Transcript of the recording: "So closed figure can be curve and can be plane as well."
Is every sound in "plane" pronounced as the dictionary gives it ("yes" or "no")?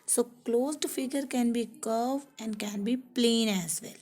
yes